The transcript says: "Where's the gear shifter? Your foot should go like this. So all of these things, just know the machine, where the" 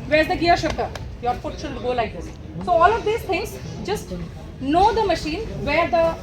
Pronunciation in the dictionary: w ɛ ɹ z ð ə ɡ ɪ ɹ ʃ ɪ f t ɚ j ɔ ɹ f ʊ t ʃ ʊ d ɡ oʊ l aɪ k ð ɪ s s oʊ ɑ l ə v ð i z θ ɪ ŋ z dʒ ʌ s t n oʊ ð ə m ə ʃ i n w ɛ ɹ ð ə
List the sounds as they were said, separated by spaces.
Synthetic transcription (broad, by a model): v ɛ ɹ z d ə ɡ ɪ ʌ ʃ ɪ p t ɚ j ɔ ɹ f ʊ t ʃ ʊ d ɡ oʊ l aɪ k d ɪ s s oʊ ɑ l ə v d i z t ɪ ŋ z dʒ ʌ s t n oʊ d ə m ə ʃ i n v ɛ ɹ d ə